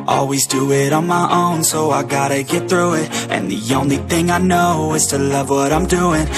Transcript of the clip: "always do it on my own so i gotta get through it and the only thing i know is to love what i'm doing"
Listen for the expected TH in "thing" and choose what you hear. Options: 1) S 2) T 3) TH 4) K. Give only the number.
3